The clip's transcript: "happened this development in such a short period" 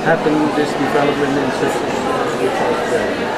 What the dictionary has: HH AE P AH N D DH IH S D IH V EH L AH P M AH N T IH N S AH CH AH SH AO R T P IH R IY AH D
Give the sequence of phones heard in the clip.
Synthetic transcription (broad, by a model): HH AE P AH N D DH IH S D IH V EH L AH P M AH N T IH N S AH S AH S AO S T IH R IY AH